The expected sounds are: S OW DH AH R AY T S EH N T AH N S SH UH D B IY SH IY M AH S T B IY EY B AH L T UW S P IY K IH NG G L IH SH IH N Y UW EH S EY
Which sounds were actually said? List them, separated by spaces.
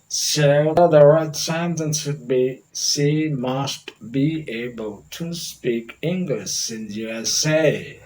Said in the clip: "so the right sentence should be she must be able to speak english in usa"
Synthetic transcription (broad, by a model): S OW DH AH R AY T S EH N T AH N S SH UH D B IY S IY M AH S T B IY EY B AH L T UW S P IY K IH NG G L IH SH IH N Y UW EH S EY